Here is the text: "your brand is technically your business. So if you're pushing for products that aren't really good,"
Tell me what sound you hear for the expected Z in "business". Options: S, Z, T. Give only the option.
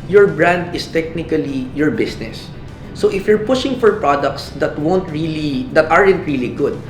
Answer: S